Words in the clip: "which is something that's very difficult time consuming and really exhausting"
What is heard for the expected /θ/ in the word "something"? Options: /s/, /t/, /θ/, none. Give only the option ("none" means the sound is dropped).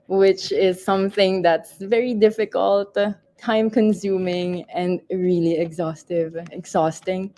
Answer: /θ/